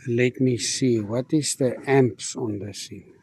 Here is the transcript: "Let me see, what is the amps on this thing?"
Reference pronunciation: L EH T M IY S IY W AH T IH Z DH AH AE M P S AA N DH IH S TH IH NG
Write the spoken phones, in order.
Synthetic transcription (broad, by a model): L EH T M IY S IY W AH T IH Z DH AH AE M P S AA N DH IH S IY